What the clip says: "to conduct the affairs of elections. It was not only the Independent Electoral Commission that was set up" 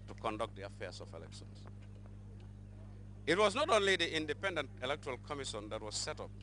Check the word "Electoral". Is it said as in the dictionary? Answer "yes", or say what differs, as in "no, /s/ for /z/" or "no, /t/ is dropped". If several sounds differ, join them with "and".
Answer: yes